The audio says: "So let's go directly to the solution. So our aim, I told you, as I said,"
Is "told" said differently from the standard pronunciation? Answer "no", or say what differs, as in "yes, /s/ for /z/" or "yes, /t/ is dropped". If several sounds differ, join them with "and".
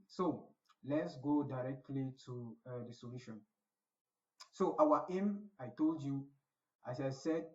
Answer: no